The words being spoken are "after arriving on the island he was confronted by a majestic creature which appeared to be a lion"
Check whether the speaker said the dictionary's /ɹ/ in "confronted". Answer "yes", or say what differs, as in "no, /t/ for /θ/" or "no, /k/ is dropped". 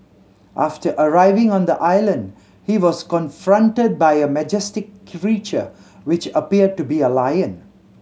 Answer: yes